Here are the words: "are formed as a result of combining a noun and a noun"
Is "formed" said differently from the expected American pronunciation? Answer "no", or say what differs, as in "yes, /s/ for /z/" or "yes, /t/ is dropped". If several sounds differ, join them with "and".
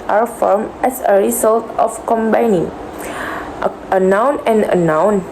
yes, /d/ is dropped